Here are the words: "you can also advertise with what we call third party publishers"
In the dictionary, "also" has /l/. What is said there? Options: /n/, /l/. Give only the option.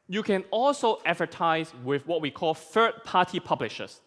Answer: /l/